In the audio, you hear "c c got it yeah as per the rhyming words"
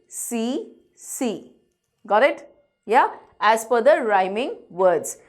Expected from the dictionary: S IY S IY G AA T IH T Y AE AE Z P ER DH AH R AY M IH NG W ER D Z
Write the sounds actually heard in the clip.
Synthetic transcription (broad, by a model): S IY S IY G AA T IH T Y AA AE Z F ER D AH R AY M IH NG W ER D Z